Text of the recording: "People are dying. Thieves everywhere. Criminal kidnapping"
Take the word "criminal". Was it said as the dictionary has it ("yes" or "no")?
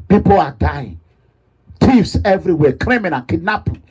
no